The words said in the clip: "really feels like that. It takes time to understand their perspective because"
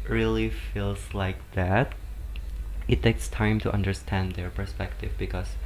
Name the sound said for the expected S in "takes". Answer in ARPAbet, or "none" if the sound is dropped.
S